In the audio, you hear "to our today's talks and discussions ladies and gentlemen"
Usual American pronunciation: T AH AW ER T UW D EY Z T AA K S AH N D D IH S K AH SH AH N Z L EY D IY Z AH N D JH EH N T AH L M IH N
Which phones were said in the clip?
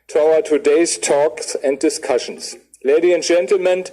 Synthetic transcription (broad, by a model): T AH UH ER T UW D EY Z T AA K S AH N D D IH S K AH SH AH N S L EY D IY AH N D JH EH N T L M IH N